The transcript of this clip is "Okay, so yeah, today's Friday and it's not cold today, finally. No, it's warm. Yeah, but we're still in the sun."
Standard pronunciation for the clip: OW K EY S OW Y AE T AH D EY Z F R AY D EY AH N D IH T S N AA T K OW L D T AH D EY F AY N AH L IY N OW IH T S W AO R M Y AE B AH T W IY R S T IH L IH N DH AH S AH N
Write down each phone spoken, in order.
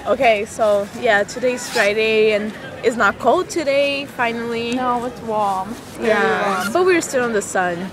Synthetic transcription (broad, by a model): OW K EY S OW Y AE T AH D EY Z F R AY D EY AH N IH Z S N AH T K OW L D T AH D EY F AY N L IY N OW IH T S W AO R M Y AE B AH T W IY R S T IH L IH N DH AH S AH N